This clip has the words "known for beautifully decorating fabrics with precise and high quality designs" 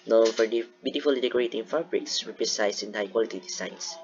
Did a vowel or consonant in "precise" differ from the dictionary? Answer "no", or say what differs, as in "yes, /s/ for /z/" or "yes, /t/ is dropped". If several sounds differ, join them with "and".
yes, /ɹ/ is dropped